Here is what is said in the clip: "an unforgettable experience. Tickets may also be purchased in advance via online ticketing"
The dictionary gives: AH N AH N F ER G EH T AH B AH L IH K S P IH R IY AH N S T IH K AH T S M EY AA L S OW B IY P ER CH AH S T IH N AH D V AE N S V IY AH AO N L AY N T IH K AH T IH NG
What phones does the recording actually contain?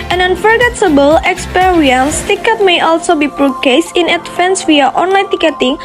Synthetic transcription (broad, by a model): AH N AH N F ER G EH T AH B AH L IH K S P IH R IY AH N S T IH K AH T M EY AA L S OW B IY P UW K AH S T IH N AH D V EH N S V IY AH AO N L AY N T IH K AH T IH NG